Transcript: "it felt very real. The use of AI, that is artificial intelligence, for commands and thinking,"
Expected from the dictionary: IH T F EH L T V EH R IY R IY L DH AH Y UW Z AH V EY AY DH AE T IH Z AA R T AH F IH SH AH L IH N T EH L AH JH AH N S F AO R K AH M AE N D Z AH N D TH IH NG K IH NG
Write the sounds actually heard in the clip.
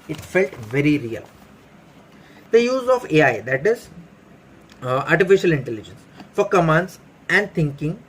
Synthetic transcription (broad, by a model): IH T F EH L T V EH R IY R IY L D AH Y UW Z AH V EY AY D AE T IH Z AA R T AH F IH SH AH L IH N T EH L AH JH AH N S F AO R K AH M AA N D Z AH N D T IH NG K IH NG